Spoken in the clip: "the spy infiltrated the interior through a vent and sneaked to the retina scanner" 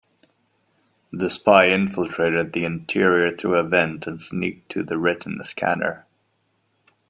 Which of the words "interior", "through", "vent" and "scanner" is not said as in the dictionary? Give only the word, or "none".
none